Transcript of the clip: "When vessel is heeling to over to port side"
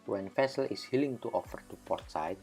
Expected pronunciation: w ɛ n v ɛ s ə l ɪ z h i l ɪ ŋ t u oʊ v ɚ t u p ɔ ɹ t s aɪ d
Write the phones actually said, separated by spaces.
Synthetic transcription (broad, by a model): w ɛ n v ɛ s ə l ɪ s h i l ɪ ŋ t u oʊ f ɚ t u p ɔ ɹ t s aɪ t